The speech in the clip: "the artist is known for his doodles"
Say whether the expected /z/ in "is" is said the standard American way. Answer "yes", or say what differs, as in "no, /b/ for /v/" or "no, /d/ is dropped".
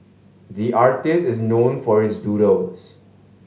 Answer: yes